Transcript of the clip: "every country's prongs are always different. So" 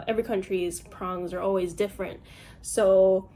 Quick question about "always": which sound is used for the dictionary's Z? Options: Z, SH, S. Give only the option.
Z